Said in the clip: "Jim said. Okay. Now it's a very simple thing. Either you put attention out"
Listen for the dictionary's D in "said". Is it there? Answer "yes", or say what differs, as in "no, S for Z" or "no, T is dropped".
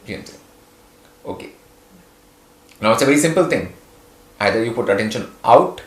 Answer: no, D is dropped